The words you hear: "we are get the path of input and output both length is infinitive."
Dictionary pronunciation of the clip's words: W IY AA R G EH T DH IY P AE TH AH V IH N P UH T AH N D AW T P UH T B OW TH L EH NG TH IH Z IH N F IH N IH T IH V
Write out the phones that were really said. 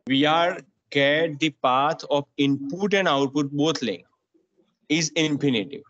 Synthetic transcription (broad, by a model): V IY AA R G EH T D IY P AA T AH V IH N P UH T AH N D AW T P UH T B OW T L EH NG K IH Z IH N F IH N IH T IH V